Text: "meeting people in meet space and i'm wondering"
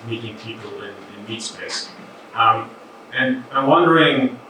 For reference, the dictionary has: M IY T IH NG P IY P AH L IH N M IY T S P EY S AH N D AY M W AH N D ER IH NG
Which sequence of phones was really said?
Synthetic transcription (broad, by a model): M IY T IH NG P IY P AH N IH N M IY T S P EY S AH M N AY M W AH N D ER IH NG